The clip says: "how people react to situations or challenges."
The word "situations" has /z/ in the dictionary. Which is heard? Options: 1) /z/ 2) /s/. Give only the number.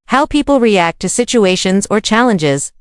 1